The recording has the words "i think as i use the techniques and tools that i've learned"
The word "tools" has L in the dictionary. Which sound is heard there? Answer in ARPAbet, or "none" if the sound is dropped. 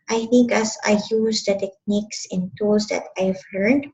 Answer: none